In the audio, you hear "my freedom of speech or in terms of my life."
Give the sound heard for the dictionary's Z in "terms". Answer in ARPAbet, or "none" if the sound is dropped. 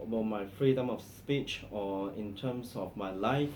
S